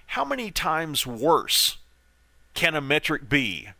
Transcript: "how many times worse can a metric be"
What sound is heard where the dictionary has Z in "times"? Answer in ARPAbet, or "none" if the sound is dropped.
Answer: Z